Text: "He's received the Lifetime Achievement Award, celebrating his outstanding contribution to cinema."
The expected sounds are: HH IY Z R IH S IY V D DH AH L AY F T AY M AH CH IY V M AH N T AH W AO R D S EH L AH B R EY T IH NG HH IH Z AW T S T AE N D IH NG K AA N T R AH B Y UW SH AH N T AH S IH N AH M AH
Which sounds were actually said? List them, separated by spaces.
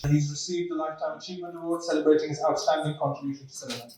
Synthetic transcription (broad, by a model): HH IY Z R IH S IY V D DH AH L AY F T AY M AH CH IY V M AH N AH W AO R S EH L AH B R EY T IH NG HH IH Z AW T S T AE N D IH NG K AA N T R AH B Y UW SH AH N T AH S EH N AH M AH